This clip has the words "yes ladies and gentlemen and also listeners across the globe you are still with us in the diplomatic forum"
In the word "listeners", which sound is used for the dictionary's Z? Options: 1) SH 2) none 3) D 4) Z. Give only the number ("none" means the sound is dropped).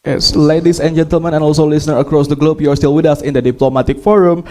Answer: 2